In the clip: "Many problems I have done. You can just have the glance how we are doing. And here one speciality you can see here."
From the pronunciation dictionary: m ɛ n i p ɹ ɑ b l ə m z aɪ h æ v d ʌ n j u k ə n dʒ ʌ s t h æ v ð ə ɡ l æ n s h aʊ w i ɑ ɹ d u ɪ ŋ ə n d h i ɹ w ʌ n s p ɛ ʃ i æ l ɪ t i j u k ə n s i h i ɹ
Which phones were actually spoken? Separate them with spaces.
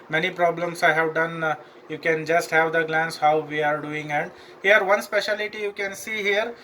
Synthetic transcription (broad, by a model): m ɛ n i p ɹ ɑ b l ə m s aɪ h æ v d ʌ n j u k ə n dʒ ʌ s t h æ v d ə ɡ l æ n s h aʊ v i ɑ ɹ d u ɪ ŋ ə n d h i ɹ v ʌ n s p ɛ ʃ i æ l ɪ t i j u k ə n s i h i ɹ